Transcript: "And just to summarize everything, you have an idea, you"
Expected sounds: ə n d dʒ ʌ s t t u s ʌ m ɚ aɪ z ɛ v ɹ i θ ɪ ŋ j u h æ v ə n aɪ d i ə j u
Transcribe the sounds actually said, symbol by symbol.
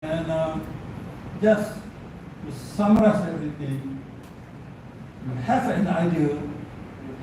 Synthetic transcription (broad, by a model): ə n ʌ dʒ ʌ s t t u s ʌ m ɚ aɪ s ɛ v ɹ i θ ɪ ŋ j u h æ f ə n aɪ d i ə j